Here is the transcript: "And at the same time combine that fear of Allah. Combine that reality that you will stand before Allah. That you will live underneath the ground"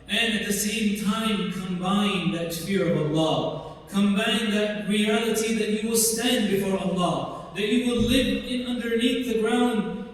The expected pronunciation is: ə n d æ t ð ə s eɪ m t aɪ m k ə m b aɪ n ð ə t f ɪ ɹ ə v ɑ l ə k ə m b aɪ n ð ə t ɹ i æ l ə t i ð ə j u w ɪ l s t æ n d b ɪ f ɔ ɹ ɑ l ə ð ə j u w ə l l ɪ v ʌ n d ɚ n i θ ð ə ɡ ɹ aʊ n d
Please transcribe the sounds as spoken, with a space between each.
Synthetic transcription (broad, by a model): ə n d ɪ t ð ə s eɪ m t aɪ m k ə m b aɪ n ð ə t f ɪ ɹ ə v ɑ l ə k ə m b aɪ n ð ə t ɹ i æ l ə t i ð ə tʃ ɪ w ɪ l s t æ n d b ɪ f ɔ ɹ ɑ l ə ð ə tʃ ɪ w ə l l ɪ v ʌ n d ɚ n i θ ð ə ɡ ɹ aʊ n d